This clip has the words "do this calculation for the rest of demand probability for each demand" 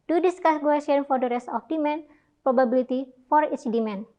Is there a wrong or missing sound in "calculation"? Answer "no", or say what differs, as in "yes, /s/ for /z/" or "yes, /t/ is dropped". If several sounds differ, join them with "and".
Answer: yes, /ʃ/ is dropped